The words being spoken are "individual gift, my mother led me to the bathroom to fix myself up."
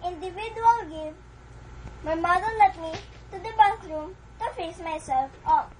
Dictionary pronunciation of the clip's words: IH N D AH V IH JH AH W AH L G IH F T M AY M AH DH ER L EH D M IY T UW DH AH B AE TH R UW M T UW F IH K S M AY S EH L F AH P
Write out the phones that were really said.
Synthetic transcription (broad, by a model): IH N D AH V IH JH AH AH L G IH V M AY M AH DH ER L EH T M IY T UW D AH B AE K R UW M T UW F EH S M AY S EH L F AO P